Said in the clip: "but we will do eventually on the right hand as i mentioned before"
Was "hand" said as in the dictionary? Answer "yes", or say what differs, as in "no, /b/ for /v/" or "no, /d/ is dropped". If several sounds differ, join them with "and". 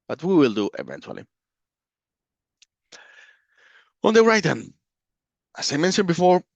no, /d/ is dropped